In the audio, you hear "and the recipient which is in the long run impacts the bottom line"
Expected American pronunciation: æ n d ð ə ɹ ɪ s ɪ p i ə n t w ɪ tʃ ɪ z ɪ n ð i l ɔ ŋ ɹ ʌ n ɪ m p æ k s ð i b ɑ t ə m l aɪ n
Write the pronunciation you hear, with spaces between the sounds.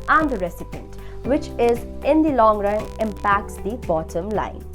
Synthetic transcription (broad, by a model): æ n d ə ɹ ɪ s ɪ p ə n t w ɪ tʃ ɪ z ɪ n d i l ɔ ŋ ɹ ʌ n ɪ m p æ k s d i b ɑ t ə m l aɪ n